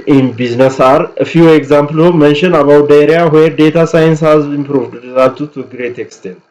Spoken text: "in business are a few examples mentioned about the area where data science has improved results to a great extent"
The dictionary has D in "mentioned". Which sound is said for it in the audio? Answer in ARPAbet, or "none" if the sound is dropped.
none